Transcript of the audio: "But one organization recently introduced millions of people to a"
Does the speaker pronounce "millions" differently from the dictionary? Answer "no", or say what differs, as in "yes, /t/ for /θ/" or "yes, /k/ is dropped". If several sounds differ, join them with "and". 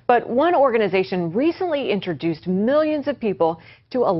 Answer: no